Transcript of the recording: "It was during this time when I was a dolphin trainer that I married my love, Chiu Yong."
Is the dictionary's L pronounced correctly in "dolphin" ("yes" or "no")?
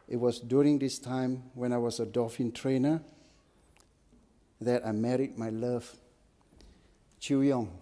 no